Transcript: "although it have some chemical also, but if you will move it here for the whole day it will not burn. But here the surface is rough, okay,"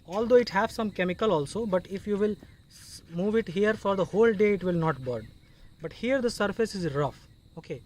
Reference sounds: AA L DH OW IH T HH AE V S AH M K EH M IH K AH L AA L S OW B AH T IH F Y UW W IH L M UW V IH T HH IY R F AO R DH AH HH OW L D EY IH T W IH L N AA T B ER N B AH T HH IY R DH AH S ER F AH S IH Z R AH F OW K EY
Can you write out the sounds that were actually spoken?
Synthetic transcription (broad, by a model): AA L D OW IH T HH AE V S AH M K EH M IH K AH L AA L S OW B AH T IH F Y UW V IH L M UW V IH T HH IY R F AO R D AH HH OW L D EY IH T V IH L N AA T B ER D B AH T HH IY R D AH S ER F AH S IH Z R AH F OW K EY